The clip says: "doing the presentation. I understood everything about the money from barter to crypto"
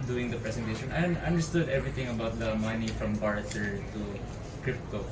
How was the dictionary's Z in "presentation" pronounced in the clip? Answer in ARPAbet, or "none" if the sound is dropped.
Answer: S